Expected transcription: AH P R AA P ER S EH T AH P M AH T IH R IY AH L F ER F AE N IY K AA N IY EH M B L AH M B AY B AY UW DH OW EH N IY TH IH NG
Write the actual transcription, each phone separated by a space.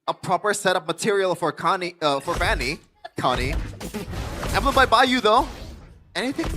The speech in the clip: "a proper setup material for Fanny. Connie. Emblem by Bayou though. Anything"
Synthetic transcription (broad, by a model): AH P R AA P ER S EH T AH P M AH T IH R IY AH N F ER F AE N IY K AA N IY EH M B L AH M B AY B AY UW DH OW EH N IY TH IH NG